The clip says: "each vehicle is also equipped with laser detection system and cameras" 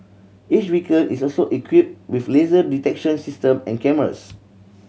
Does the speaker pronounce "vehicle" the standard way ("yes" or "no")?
no